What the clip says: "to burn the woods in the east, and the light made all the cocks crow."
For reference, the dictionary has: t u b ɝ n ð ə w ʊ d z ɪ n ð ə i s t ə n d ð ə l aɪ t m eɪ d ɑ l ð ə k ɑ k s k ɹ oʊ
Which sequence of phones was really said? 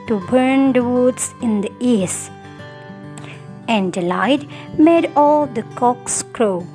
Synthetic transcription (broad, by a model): t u b ɝ n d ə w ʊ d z ɪ n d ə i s ə n d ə l aɪ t m eɪ d ɑ l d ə k ɑ k s k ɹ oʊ